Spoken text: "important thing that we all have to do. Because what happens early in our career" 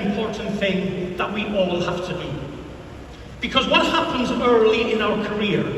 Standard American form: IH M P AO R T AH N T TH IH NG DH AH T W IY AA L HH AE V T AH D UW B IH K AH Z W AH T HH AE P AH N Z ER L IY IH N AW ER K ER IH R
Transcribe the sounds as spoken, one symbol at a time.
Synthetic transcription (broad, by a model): M P AO R T N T TH IH NG DH AH T W IY AA L HH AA F T AH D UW B IH K AH Z W AH T HH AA P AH N Z ER L IY IH N AW ER K ER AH R